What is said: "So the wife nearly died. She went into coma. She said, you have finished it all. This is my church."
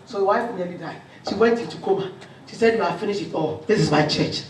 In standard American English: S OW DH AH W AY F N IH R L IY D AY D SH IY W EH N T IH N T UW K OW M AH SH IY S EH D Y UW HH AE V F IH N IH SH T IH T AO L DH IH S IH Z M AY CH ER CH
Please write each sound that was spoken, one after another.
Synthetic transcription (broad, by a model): S OW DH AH W AY F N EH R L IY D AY SH IY W EH N T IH T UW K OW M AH SH IY S EH D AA F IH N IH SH IH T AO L DH IH S IH Z M AY CH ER CH